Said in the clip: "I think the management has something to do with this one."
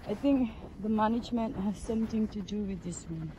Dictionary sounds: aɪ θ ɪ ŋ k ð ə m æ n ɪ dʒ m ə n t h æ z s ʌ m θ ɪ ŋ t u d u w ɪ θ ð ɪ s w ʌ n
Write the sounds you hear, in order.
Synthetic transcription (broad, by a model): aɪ t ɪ ŋ k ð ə m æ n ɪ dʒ m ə n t h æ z s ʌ m t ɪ ŋ t u d u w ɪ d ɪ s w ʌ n